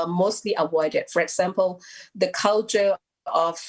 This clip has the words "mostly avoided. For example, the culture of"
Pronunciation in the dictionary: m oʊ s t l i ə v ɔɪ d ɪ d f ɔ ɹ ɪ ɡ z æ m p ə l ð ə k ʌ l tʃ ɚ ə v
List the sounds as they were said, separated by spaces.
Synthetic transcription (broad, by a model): m oʊ s t l i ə w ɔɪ d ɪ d f ɔ ɹ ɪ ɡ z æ m p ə l ð ə k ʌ l tʃ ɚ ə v